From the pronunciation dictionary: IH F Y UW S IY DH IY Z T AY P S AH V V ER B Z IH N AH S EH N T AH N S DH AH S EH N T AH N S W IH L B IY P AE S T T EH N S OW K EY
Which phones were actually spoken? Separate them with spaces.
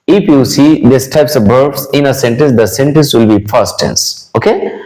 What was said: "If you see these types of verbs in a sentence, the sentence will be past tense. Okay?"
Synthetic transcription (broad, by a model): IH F Y UW S IY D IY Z T AY P S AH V B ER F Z IH N AH S EH N T AH N S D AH S EH N T AH N S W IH L B IY F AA S T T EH N S OW K EY